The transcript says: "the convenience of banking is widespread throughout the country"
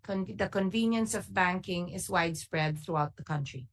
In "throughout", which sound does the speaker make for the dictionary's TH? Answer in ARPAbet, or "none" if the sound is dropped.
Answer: TH